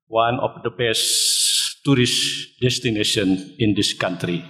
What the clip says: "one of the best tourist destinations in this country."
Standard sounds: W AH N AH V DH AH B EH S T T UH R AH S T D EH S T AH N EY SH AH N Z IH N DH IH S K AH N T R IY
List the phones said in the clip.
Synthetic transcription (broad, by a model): W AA N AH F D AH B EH S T T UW R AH S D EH S T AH N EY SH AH N IH N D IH S K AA N T R IY